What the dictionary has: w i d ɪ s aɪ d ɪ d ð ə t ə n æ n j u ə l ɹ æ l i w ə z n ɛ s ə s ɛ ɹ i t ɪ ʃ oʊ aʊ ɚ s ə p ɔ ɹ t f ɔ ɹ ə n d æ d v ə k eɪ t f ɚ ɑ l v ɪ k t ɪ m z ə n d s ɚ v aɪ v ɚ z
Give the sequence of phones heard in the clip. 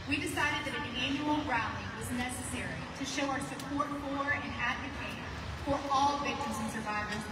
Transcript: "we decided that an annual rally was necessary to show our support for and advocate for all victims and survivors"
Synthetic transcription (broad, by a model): w i d ɪ s aɪ d ɪ d ð ə t ə n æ n j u l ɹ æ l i w ə z n ɛ s ə s ɛ ɹ i t ɪ ʃ oʊ aʊ ɚ s ə p ɔ ɹ t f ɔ ɹ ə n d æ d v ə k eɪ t f ɚ ɑ l v ɪ k t ɪ m z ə n s ɚ v aɪ v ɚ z